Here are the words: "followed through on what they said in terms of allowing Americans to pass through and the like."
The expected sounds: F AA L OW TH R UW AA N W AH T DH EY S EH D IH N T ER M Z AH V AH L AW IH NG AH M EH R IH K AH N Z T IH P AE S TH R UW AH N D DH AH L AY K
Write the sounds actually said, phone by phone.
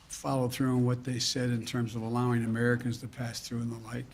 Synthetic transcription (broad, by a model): F AA L OW TH R UW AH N W AH T DH EY S EH D IH N T ER M Z AH V AH L AW IH NG AH M EH R IH K AH N Z T IH P AE S TH R UW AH N DH AH L AY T